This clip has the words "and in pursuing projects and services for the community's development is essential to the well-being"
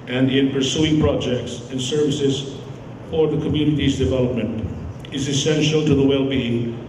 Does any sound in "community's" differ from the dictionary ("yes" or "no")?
no